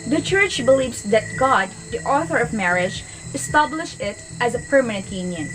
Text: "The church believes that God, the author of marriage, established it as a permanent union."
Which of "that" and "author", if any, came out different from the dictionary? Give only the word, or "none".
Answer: none